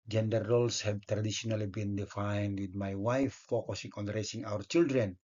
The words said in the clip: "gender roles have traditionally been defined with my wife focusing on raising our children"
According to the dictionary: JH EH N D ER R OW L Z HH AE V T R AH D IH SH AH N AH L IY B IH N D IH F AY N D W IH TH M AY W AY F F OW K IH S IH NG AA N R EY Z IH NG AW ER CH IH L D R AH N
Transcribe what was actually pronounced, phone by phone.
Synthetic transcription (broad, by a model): JH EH N D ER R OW L S HH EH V T R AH D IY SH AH N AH L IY B IH N D IH F AY N D W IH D M AY W AY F F OW K IH S IH NG AA N R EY S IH NG AW ER CH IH L D R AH N